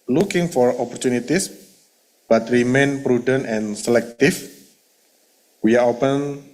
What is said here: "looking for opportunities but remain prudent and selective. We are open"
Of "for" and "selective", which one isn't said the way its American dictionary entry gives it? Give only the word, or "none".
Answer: selective